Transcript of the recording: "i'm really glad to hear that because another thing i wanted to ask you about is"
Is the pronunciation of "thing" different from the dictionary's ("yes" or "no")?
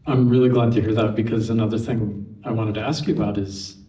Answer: no